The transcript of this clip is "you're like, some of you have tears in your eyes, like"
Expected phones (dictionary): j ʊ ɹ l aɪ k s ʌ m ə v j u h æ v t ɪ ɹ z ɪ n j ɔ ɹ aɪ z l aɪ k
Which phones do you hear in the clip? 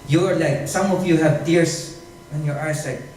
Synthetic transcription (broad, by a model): j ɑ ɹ l aɪ k s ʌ m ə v j u h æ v t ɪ ɹ s ɪ n j ɔ ɹ aɪ s l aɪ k